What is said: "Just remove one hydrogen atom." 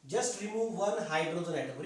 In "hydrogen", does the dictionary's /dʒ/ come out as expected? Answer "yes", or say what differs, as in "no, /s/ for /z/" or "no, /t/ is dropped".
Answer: no, /z/ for /dʒ/